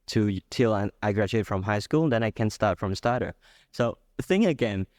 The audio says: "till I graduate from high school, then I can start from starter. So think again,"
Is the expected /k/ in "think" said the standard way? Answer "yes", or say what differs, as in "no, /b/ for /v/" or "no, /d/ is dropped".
no, /k/ is dropped